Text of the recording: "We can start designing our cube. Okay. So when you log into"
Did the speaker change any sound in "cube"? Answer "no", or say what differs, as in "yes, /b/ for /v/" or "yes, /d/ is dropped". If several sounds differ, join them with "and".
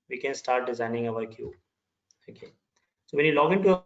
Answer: yes, /b/ is dropped